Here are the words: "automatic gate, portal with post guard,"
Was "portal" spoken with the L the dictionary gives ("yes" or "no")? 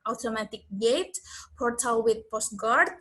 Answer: no